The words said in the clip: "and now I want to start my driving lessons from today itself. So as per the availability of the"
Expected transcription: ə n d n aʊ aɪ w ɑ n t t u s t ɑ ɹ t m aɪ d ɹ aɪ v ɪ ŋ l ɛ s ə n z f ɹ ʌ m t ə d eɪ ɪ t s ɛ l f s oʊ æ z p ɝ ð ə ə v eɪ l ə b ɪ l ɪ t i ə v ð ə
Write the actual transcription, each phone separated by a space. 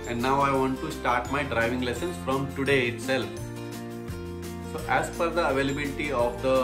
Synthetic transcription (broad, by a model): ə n d n aʊ aɪ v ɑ n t t u s t ɑ ɹ t m aɪ d ɹ aɪ v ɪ ŋ l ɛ s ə n s f ɹ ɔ m t ə d eɪ ɪ t s ɛ l f s oʊ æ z f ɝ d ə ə v eɪ l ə b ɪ l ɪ t i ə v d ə